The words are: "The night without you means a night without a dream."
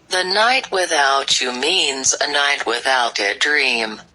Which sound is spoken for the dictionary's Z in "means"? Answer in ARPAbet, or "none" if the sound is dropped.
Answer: Z